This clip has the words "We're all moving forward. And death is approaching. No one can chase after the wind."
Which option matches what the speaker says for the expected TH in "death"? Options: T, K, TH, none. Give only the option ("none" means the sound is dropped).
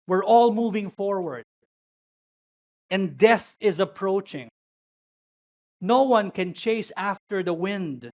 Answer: TH